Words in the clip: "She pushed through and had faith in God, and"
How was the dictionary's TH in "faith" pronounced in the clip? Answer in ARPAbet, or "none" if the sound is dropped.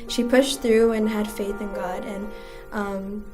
TH